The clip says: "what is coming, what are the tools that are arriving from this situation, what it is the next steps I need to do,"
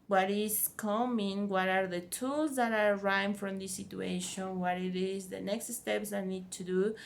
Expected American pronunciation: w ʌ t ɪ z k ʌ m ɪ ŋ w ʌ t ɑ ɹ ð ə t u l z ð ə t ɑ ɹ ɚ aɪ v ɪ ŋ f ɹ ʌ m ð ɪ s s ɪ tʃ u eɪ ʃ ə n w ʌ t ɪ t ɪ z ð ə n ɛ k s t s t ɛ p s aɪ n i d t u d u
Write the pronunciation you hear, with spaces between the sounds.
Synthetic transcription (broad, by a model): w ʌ t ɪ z k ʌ m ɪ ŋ w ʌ t ɑ ɹ ð ə t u l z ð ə t ɑ ɹ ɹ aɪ ɪ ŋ f ɹ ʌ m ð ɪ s s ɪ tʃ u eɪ ʃ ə n w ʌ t ɪ t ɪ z ð ə n ɛ k s t s t ɛ p s aɪ n i d t u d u